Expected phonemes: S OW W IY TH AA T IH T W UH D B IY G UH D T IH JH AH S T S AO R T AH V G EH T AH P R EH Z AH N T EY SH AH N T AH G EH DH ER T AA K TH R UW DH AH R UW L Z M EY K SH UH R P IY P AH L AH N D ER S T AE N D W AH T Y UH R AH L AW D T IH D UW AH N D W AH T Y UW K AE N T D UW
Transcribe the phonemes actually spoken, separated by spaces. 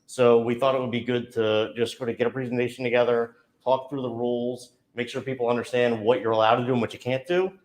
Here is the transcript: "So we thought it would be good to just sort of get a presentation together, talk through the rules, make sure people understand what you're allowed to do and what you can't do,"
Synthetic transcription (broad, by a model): S OW W IY TH AA T IH T W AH D B IY G UH D T IH JH AH S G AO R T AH G EH T AH P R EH Z N T EY SH N T AH G EH DH ER T AA K TH R UW DH AH R UW L Z M EY K SH UH R P IY P L AH N D ER S T AE N D W AH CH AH R AH L AW D T IH D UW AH N W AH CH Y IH K AE N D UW